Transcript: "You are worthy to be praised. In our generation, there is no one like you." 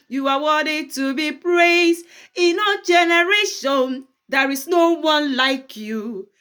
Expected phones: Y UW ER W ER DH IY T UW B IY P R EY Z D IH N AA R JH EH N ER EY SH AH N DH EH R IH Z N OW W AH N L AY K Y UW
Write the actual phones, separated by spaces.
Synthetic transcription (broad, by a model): Y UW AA W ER IY T UW B IY P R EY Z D IH N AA JH EH N ER EY SH AH N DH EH R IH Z N OW W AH N L AY K Y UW